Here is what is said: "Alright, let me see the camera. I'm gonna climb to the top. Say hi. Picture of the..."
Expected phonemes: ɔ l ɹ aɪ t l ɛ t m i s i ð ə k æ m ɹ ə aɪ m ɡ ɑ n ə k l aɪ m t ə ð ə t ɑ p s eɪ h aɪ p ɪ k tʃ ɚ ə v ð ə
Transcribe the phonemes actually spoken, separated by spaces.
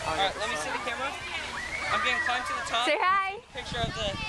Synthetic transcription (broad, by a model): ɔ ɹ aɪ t l ɛ t m i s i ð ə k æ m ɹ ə aɪ m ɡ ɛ ə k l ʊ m t ə ð ə t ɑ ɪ s eɪ h aɪ p ɪ k tʃ ɚ ə v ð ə